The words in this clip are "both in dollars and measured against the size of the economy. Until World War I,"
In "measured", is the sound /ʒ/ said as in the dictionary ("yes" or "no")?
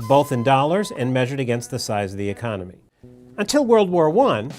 yes